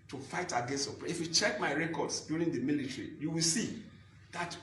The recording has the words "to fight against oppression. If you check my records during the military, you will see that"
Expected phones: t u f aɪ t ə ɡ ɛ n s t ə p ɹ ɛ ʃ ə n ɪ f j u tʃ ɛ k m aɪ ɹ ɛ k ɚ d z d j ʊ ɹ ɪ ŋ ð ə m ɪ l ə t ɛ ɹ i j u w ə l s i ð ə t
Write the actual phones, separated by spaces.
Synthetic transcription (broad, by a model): t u f aɪ t ə ɡ ɛ n s t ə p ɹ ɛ ə f j u tʃ ɛ k m aɪ ɹ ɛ k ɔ d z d j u ɹ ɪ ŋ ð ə m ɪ l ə t ɹ i j u w ə l s i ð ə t